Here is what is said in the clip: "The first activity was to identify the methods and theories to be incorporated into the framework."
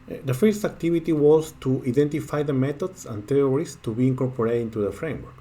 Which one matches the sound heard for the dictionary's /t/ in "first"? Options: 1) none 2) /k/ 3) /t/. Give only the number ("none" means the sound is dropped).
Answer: 3